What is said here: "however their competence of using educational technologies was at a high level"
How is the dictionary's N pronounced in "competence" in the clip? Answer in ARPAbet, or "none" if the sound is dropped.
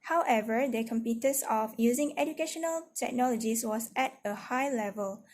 none